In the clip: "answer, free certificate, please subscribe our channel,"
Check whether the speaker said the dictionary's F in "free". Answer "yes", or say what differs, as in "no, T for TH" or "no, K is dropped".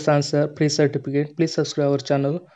no, P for F